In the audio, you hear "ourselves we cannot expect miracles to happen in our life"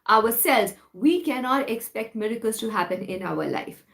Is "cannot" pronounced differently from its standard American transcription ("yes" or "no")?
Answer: no